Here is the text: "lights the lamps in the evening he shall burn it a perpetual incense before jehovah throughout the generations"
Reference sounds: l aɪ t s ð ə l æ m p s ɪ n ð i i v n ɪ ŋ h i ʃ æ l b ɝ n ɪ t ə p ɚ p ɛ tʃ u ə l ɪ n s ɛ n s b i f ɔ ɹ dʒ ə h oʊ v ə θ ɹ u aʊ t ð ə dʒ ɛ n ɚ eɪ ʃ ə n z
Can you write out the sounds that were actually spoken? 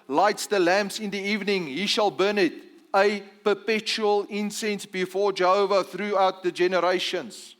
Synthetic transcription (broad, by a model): l aɪ t s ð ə l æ m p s ɪ n ð i i v n ɪ ŋ h i ʃ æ l b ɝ n ɪ t ə p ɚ p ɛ tʃ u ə l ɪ n s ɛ n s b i f ɔ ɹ dʒ ə h oʊ v ə θ ɹ u aʊ t ð ə dʒ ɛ n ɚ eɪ ʃ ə n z